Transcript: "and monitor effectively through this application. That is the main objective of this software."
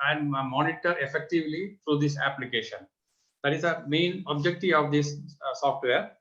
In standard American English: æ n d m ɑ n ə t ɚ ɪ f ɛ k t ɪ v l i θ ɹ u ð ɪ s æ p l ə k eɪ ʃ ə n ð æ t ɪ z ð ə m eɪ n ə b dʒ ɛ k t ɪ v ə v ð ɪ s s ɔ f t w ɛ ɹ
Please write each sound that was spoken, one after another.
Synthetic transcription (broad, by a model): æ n d m ɑ n ə t ɚ ɪ f ɛ k t ɪ v l i t ɹ u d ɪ s æ p l ə k eɪ ʃ ə n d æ t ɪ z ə m eɪ n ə b dʒ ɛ k t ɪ ə v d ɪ s s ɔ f t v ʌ ɹ